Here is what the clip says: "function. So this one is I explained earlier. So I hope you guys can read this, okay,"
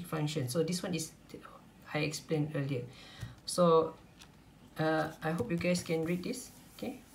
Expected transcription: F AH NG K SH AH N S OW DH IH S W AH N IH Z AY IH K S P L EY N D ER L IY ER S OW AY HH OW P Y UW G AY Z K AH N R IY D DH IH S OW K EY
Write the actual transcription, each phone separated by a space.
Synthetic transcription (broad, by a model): F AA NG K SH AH N S OW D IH S W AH N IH S AY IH K S P L EY N ER L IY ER S OW AY HH OW P Y UW G AY S K AH N R IY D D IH S OW K EY